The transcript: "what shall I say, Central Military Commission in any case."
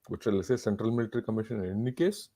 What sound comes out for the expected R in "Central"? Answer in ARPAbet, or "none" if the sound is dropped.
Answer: R